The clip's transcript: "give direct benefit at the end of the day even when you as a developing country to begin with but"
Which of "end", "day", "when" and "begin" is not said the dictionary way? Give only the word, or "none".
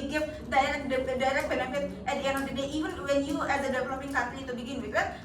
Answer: end